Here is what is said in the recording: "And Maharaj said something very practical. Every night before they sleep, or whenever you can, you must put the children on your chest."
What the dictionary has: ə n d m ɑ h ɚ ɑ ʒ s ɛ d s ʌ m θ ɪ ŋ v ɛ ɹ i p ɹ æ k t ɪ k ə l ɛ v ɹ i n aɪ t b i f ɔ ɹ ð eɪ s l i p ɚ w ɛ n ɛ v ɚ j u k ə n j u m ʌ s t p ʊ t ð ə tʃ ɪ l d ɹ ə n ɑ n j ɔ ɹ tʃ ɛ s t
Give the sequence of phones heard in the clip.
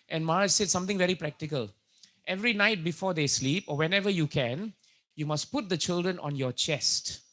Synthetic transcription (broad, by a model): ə n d m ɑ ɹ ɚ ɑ s ɛ d s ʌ m t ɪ ŋ v ɛ ɹ i p ɹ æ k t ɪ k ə l ɛ v ɹ i n aɪ t b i f ɔ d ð eɪ s l i p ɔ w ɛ n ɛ v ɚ j u k ə n j u m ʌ s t p ʊ t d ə tʃ ɪ l d ɹ ə n ɑ n j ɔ tʃ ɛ s t